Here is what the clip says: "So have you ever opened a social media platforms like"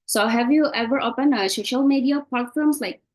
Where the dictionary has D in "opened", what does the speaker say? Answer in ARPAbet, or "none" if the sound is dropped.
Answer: none